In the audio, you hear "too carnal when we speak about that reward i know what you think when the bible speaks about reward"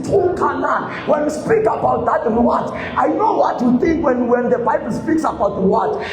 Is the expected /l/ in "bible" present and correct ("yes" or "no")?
yes